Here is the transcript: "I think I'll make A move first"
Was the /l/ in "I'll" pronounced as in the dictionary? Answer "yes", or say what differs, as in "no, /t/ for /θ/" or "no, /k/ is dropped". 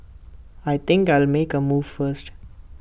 yes